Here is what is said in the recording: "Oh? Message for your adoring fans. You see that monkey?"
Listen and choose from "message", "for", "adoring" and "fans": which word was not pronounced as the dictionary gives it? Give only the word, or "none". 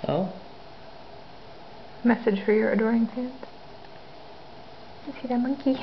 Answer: fans